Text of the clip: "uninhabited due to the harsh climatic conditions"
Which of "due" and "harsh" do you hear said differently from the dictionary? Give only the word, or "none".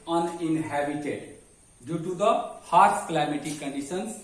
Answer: harsh